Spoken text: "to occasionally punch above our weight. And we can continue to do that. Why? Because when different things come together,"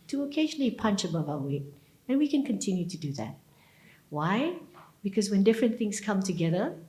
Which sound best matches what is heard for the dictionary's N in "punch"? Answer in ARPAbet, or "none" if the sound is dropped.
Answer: N